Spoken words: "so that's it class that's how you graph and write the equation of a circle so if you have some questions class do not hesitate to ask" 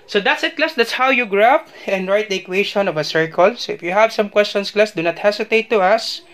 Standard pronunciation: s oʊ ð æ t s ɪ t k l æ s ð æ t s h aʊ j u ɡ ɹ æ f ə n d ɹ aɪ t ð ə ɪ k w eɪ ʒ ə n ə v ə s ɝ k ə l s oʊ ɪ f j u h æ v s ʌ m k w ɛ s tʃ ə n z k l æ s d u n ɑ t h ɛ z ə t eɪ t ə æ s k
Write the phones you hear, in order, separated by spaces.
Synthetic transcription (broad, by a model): s oʊ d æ t s ɪ t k l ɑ s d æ t s h aʊ j u ɡ ɹ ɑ p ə n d ɹ aɪ t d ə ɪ k w eɪ ʃ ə n ə v ə s ɝ k ə l s oʊ ɪ f j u h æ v s ʌ m k w ɛ s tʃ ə n s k l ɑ s d u n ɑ t h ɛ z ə t eɪ t ə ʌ s